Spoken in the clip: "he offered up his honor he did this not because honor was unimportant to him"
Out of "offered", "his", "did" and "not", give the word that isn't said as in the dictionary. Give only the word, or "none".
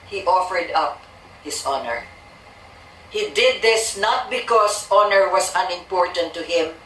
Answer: his